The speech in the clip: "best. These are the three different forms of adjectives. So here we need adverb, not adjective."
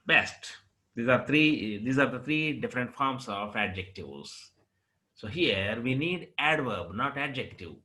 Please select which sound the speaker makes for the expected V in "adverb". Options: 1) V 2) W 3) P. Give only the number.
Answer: 1